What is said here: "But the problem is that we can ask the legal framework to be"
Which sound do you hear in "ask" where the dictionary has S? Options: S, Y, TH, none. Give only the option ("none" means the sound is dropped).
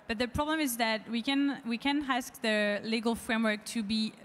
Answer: S